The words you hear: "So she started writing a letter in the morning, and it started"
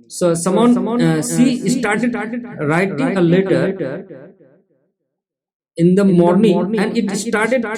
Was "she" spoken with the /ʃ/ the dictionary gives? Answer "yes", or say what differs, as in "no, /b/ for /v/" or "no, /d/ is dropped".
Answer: no, /s/ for /ʃ/